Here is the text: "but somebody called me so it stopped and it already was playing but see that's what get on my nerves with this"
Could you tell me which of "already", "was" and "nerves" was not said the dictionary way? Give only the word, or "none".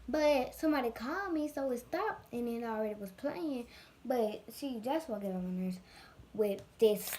nerves